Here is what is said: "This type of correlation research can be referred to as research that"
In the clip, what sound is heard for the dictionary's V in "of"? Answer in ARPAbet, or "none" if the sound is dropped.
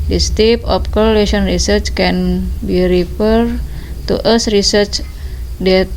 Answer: P